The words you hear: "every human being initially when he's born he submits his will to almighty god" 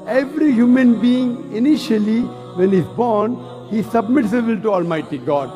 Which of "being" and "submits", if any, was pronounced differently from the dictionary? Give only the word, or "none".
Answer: none